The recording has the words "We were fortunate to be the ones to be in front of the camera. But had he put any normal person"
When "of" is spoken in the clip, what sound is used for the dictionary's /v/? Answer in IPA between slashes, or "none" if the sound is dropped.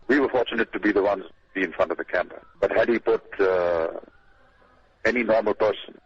/v/